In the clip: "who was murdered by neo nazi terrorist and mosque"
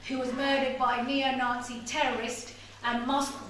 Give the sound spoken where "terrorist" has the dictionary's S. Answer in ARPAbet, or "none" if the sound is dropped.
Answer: S